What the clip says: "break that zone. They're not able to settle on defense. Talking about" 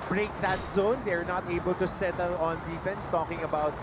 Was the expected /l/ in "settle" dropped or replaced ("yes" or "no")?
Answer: no